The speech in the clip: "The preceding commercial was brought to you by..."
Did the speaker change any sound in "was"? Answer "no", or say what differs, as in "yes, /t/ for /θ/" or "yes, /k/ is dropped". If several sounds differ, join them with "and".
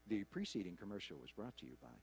no